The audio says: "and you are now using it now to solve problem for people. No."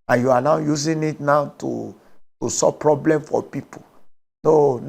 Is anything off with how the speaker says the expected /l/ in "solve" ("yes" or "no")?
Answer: yes